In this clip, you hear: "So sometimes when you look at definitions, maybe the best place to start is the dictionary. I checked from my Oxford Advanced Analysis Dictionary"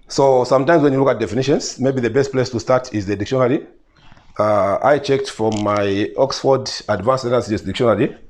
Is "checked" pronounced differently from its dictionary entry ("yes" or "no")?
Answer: no